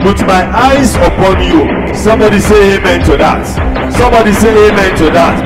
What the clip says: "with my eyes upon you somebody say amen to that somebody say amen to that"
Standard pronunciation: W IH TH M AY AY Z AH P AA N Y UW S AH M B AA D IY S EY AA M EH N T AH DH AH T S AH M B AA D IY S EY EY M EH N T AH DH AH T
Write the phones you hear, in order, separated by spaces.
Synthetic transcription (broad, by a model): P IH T M AY AY Z AH P AA N Y UW S AH M B AA D IY S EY AA M EH N T AH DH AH T S AH M B AA D IY S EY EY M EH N T AH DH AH T